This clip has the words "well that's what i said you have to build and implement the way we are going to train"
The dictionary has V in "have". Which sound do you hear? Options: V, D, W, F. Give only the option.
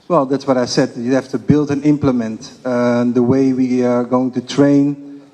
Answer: F